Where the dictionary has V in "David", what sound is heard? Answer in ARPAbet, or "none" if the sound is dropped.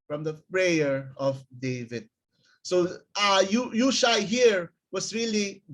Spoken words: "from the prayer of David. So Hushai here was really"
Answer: V